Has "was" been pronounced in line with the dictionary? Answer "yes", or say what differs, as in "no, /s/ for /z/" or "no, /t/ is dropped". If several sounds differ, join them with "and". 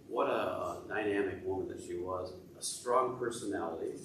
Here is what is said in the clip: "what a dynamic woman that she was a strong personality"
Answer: yes